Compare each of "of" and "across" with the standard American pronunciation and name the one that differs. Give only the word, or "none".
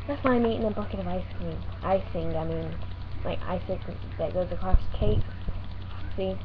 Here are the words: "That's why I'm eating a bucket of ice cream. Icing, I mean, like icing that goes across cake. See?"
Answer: none